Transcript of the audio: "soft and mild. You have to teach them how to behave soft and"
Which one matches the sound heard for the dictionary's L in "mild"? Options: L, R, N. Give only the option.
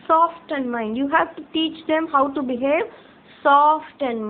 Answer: N